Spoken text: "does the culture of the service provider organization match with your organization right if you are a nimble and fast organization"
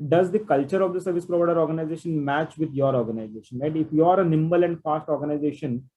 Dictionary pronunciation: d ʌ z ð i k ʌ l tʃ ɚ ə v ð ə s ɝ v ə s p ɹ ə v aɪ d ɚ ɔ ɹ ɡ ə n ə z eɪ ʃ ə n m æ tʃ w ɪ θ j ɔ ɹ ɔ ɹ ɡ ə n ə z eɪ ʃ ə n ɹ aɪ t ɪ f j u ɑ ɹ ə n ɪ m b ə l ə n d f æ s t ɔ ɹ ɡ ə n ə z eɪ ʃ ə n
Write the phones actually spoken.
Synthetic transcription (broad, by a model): d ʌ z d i k ʌ l tʃ ɚ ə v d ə s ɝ v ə s p ɹ ə v aɪ d ɚ ɔ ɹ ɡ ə n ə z eɪ ʃ ə n m æ tʃ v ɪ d j ɔ ɹ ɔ ɹ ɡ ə n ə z eɪ ʃ ə n l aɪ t ɪ f j u ɑ ɹ ə n ɪ m b ə l ə n d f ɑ s t ɔ ɹ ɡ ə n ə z eɪ ʃ ə n